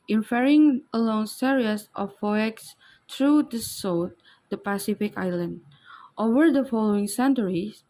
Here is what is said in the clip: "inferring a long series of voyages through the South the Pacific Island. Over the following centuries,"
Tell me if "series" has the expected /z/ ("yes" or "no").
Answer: no